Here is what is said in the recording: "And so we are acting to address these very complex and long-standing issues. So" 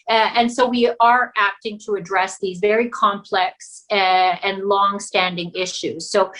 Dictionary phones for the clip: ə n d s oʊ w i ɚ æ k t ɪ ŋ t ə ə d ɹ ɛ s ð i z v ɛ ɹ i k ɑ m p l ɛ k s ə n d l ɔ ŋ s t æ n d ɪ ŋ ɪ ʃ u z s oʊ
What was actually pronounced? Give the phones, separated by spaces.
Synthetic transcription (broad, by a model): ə n s oʊ w i ɚ æ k t ɪ ŋ t ə ə d ɹ ɛ s ð i z v ɛ ɹ i k ɑ m p l ɛ k s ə n l ɔ ŋ s t æ n d ɪ ŋ ɪ ʃ u z s oʊ